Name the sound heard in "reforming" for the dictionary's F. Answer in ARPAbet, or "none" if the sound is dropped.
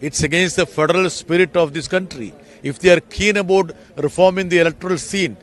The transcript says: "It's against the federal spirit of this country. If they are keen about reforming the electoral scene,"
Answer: F